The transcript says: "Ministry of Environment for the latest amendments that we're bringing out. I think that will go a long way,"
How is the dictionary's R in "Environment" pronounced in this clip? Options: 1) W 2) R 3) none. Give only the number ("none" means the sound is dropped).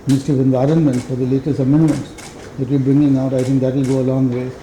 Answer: 2